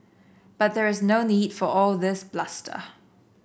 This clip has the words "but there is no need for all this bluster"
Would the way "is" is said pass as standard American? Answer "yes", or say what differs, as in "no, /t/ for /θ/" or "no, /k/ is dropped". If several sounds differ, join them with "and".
yes